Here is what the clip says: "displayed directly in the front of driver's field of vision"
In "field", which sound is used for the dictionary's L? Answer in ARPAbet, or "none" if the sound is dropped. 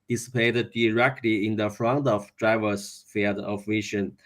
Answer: none